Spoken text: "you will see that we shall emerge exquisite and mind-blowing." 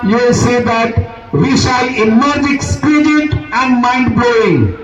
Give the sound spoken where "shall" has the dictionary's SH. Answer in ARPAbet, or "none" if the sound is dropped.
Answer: SH